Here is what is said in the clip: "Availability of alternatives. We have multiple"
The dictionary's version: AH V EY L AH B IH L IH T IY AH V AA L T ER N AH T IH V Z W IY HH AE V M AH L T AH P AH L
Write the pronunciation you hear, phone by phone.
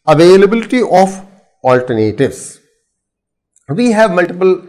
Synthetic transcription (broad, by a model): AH V EY L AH B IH L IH T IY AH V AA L T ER N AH T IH V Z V IY HH AE V M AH L T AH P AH L